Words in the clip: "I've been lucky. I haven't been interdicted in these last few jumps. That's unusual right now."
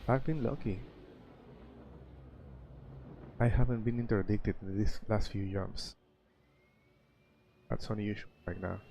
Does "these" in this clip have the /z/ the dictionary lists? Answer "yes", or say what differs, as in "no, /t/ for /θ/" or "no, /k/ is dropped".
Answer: no, /s/ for /z/